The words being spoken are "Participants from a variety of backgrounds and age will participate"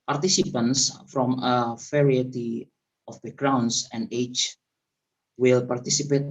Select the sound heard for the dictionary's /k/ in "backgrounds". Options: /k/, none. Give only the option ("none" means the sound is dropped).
none